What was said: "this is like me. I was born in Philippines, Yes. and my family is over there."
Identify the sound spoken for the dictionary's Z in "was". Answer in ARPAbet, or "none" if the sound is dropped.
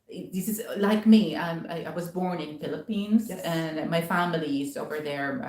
Z